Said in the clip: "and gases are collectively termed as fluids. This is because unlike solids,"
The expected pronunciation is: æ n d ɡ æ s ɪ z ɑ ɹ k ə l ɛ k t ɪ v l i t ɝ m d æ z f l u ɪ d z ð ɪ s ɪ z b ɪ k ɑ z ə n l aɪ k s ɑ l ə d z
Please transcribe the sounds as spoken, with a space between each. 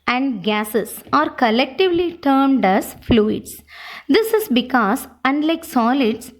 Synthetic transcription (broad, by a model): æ n d ɡ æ s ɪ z ɑ ɹ k ə l ɛ k t ɪ v l i t ɝ m d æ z f l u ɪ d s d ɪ s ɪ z b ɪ k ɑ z ə n l aɪ k s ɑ l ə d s